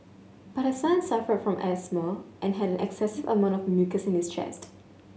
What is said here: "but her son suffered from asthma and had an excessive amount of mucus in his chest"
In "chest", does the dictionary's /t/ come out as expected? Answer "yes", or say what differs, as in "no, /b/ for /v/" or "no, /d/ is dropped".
yes